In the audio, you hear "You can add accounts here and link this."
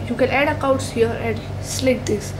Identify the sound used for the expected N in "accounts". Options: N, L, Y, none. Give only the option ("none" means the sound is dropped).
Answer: none